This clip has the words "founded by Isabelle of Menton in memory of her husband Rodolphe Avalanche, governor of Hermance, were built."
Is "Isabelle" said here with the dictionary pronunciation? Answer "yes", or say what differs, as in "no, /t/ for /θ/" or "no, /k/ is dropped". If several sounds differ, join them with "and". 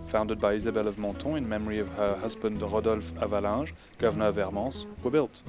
yes